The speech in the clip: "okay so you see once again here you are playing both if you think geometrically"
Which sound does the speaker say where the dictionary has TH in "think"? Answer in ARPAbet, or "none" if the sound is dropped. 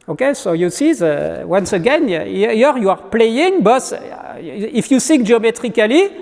S